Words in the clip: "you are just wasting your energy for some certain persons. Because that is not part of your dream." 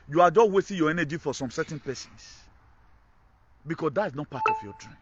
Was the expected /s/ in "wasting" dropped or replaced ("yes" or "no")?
yes